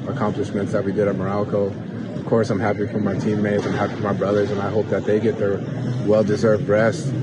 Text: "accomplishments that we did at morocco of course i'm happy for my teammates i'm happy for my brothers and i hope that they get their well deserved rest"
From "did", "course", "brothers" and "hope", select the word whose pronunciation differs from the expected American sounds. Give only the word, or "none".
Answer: none